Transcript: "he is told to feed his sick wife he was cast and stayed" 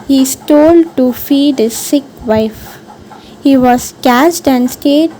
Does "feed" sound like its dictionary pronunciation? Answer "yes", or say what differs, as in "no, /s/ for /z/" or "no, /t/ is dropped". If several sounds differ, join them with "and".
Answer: yes